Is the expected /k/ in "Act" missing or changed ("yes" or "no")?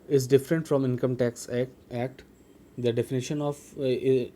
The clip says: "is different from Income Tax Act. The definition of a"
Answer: no